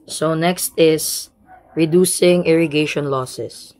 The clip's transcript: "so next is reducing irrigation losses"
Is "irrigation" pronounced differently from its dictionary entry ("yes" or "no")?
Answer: no